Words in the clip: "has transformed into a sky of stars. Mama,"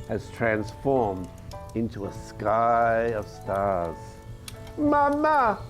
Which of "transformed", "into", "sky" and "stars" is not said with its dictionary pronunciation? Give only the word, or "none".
none